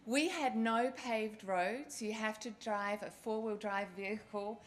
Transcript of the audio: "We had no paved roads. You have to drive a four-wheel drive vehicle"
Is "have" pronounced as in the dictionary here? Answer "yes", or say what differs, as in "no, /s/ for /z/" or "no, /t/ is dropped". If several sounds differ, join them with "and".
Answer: no, /f/ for /v/